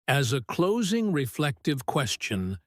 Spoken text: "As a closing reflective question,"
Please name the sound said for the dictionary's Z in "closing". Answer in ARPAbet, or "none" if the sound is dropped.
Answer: Z